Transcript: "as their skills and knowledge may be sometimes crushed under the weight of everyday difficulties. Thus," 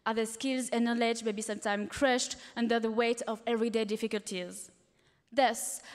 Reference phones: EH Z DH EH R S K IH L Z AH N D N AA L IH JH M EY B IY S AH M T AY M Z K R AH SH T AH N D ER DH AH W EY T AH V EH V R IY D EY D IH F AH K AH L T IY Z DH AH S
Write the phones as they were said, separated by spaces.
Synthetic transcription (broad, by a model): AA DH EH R S K IH L Z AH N N AA L IH JH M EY B IY S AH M T AY M K R AH SH T AH N D ER DH AH W EY T AH V EH V R IY D EY D IH F AH K AH L T IY Z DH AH S